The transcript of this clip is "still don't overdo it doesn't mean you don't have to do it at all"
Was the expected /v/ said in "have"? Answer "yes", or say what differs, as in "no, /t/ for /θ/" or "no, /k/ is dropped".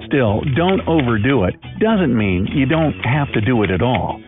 no, /f/ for /v/